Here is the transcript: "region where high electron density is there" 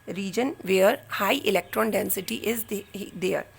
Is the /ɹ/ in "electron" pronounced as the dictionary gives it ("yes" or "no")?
yes